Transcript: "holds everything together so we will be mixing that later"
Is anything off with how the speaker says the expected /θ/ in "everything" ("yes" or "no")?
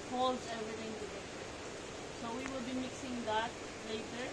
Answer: yes